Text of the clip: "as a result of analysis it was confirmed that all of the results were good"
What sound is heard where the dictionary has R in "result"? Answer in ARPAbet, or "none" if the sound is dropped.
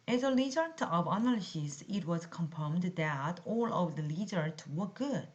L